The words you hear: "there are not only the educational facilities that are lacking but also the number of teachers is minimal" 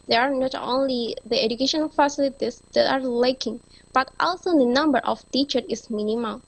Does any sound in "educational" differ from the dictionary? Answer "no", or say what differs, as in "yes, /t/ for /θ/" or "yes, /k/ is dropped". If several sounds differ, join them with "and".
yes, /n/ is dropped and /n/ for /l/